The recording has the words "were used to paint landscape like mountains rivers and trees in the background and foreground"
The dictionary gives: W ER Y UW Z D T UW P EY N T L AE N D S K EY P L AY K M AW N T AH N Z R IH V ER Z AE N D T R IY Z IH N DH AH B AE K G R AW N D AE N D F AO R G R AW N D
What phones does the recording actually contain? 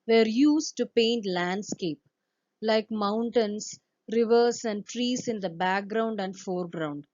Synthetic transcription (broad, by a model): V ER Y UW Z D T UW P EY N T L AE N D S K EY P L AY K M AW N T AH N S R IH V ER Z AE N D T R IY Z IH N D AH B AE K G R AW N D AE N D F AO R G R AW N D